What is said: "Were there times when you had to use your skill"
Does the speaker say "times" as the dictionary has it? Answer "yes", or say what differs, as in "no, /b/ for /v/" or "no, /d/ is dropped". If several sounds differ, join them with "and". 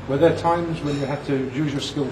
yes